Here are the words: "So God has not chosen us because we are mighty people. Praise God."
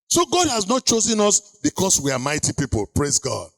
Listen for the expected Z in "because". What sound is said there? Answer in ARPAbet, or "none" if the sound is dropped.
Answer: S